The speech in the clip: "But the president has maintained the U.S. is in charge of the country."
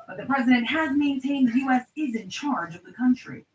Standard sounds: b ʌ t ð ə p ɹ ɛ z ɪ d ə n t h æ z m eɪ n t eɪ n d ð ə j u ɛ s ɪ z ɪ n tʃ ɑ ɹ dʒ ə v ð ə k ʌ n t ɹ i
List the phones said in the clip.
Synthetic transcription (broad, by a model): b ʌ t ð ə p ɹ ɛ z ɪ d ə n t h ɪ z m eɪ n t eɪ n d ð j u ɛ s ɪ z ɪ n tʃ ɑ ɹ dʒ ə v ð ə k ʌ n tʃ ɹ i